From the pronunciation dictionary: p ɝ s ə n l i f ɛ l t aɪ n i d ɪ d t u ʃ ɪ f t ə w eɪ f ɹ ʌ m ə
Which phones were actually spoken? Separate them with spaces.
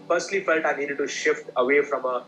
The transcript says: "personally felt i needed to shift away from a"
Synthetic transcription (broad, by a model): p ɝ s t l i f ɛ l t aɪ n i d ɪ d t u ʃ ɪ f t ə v eɪ f ɹ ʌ m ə